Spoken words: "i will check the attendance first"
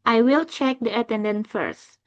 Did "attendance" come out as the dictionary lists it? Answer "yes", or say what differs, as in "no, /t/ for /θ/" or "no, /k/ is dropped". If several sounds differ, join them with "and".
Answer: no, /s/ is dropped